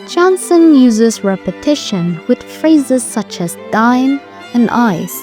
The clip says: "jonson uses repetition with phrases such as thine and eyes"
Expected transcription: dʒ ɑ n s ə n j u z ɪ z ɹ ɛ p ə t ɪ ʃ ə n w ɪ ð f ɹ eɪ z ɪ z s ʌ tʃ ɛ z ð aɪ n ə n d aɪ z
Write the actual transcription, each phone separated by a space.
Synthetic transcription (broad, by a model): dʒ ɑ n s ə n j u z ɪ z ɹ ɛ p ə t ɪ ʃ ə n w ɪ ð f ɹ eɪ z ɪ z s ʌ tʃ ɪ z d aɪ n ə n aɪ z